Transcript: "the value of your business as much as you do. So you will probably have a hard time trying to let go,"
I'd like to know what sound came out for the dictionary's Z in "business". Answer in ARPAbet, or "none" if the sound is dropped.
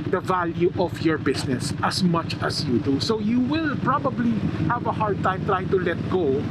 S